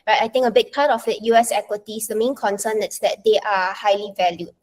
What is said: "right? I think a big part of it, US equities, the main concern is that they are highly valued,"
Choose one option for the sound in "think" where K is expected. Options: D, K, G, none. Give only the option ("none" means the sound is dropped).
none